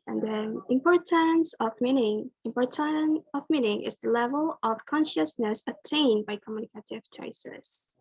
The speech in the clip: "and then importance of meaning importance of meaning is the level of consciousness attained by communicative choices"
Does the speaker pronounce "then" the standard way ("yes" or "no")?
no